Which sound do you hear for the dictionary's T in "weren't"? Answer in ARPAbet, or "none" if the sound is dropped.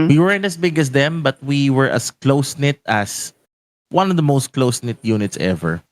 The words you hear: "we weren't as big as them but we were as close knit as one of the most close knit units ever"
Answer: none